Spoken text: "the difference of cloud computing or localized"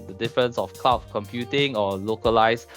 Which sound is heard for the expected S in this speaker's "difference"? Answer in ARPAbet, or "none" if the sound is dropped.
S